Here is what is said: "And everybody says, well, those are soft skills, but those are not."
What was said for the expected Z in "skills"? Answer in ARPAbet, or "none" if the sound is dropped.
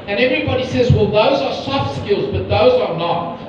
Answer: Z